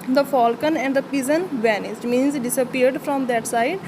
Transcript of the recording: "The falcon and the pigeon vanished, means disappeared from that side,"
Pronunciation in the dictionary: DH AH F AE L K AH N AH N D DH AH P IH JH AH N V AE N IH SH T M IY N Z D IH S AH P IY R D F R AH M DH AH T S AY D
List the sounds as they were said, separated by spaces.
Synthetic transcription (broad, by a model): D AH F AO L K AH N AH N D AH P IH Z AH N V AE N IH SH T M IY N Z D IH S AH P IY R D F R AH M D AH T S AY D